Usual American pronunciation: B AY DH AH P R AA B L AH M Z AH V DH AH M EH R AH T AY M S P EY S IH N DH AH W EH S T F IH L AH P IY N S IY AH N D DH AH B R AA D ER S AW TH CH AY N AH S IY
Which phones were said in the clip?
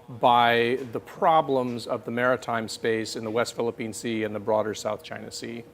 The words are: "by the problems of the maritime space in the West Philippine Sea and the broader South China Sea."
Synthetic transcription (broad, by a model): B AY DH AH P R AA B L AH M Z AH V DH AH M EH R AH T AY M S P EY S IH N DH AH W EH S T F IH L AH P IY N S IY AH N DH AH B R AA D ER S AW TH CH AY N AH S IY